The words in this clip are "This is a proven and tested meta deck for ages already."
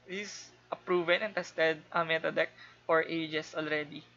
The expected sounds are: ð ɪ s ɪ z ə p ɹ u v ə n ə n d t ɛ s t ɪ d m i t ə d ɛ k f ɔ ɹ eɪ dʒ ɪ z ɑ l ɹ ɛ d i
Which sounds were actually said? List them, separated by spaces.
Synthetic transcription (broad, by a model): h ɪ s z ə p ɹ u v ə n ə n t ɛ s t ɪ d m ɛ t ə d ɛ k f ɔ ɹ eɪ dʒ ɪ s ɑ l ɹ ɛ d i